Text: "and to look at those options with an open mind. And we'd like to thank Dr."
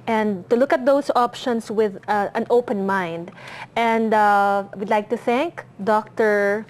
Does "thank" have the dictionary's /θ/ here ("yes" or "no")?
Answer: yes